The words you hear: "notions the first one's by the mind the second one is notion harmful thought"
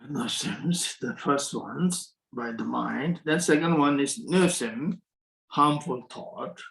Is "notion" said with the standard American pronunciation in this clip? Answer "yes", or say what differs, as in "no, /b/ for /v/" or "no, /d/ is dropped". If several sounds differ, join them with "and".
no, /s/ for /ʃ/